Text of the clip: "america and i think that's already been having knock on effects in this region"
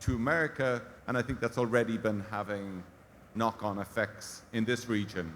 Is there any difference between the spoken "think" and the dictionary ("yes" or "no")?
no